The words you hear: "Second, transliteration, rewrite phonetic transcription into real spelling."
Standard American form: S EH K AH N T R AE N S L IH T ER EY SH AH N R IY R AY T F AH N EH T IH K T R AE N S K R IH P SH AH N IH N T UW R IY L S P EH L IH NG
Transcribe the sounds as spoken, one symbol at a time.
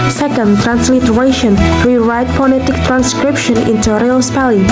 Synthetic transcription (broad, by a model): S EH K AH N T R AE N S L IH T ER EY SH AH N R IY R AY T P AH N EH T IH K T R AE N S K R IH P SH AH N IH N T UW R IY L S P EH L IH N